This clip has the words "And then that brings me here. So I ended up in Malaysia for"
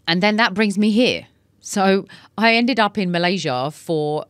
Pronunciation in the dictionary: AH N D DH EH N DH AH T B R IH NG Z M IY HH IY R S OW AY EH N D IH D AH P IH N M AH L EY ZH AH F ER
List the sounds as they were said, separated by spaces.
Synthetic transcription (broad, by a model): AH N DH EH N DH AH T B R IH NG Z M IY HH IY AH S OW AY EH N D IH D AH P IH N M AH L EY ZH AH F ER